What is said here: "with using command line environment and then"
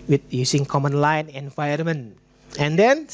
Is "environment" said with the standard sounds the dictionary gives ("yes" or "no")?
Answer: no